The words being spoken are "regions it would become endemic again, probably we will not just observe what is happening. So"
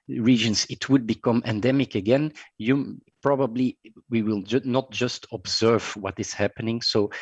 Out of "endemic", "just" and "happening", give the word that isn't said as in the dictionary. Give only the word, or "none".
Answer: none